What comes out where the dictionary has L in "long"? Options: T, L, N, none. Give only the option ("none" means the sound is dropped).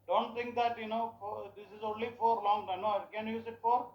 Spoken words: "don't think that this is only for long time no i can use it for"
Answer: L